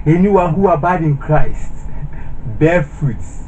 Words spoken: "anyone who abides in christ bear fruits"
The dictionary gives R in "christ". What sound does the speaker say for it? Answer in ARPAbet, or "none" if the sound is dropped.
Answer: R